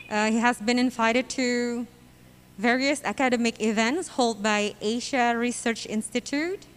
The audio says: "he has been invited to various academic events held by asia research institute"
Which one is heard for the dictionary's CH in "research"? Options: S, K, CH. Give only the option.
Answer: CH